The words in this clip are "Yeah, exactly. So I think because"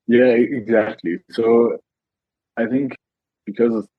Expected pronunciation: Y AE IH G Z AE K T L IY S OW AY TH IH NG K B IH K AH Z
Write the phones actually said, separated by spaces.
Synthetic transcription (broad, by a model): Y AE IH G Z AE K T L IY S OW AY TH IH NG K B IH K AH Z